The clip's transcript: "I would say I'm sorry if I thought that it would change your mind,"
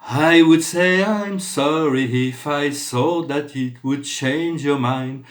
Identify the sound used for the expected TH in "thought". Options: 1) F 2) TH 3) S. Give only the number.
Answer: 3